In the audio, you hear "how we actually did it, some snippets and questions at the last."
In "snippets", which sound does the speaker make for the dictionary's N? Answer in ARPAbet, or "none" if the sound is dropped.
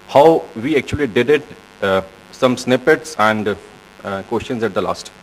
N